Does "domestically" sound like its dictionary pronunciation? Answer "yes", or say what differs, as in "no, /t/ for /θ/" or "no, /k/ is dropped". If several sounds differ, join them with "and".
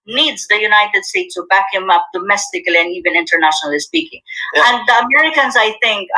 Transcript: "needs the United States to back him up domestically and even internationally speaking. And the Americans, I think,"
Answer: yes